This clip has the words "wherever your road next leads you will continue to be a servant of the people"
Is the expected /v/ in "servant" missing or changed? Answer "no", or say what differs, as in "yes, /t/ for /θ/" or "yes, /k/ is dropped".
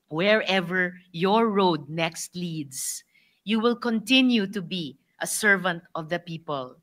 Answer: no